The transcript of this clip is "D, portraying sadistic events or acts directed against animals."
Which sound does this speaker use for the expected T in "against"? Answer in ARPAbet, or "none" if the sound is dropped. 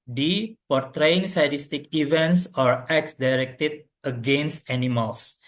T